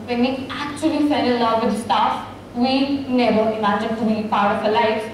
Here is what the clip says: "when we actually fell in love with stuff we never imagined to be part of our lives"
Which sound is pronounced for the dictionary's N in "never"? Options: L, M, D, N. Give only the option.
N